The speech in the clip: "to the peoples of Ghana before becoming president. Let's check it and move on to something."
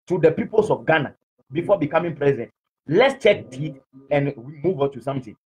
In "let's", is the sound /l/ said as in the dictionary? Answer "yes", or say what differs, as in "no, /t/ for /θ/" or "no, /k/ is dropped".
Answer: yes